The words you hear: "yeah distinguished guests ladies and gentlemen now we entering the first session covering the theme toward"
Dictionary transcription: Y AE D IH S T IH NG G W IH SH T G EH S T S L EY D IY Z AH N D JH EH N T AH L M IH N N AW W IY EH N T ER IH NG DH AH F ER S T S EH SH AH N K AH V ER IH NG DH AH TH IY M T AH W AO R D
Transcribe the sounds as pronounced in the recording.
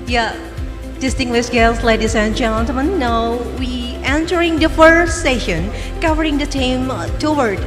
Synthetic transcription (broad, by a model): Y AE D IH S T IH NG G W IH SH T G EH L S L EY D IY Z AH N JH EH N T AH M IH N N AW W IY EH N T ER IH NG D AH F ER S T S EH SH AH N K AH V ER IH NG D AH T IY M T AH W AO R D